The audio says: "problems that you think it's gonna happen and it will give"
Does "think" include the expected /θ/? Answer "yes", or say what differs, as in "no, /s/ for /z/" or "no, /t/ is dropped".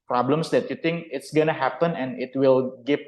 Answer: no, /t/ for /θ/